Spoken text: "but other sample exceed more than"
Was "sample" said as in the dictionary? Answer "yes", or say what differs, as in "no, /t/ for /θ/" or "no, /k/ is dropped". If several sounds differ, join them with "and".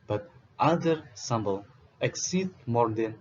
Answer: no, /b/ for /p/